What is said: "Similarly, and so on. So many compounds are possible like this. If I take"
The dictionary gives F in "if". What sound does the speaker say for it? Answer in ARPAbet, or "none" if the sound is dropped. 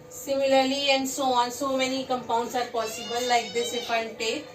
P